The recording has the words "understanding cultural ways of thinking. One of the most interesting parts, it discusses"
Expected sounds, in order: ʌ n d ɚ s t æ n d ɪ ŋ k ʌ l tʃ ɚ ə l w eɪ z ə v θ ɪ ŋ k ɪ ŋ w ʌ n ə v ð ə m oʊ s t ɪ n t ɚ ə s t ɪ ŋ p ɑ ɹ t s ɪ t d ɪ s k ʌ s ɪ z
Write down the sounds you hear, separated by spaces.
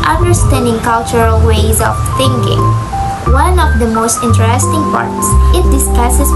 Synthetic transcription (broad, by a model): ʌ n d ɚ s t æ n d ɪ ŋ k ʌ l tʃ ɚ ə l w eɪ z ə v θ ɪ ŋ k ɪ ŋ w ʌ n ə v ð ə m oʊ s t ɪ n t ɚ ə s t ɪ ŋ p ɑ ɹ t s ɪ t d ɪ s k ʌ s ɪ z